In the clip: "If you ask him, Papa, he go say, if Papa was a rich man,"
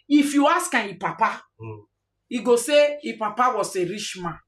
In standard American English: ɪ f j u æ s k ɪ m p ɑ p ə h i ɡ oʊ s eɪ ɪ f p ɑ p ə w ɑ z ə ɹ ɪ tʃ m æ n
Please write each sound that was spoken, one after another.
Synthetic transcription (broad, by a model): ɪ f j u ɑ s k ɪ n p ɑ p ə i ɡ oʊ s eɪ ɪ p ɑ p ə w ɑ s ə ɹ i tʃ m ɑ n